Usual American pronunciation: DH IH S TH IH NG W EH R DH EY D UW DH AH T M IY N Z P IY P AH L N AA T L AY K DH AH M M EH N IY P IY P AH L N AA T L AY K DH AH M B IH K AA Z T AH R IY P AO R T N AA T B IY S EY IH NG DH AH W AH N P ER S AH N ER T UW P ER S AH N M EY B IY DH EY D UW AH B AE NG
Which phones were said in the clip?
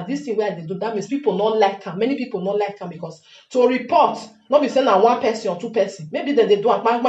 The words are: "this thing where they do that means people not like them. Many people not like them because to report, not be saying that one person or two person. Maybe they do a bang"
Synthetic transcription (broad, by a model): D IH S T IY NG W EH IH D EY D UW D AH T M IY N S P IY P AH L N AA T L AY K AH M M EH N IY P IY P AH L N AA T L AY K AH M B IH K AA S T AH R IY P AO T N AA T B IY S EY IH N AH W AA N P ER S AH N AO T UW P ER S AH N M EY B IY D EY D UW AH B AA